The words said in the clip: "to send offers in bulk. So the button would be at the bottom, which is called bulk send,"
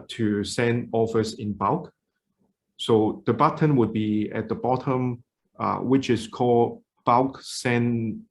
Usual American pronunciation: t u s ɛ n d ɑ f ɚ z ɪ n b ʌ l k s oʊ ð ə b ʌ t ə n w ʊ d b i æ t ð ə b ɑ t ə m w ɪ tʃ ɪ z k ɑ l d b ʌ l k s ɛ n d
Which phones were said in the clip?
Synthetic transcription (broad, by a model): t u s ɛ n d ɑ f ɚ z ɪ n b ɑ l k s oʊ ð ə b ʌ t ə n w ʊ d b i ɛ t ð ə b ɑ t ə m w ɪ tʃ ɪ s k ɑ l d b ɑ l k s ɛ n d